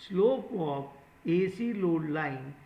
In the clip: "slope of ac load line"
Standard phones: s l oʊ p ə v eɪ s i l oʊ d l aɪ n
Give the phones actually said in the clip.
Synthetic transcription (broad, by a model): s l oʊ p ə p eɪ s i l oʊ d l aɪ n